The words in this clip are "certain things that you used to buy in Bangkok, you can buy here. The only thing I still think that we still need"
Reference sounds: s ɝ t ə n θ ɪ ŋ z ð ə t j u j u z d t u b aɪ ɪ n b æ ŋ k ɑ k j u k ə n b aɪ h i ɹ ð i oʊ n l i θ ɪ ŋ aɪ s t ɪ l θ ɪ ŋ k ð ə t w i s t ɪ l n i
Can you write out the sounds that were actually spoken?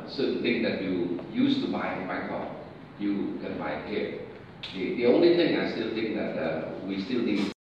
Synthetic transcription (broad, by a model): s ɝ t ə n t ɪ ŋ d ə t j u j u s t u b aɪ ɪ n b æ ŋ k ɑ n j u k ə n b aɪ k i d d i oʊ n l i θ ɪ ŋ aɪ s t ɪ l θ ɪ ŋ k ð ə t w i s t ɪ l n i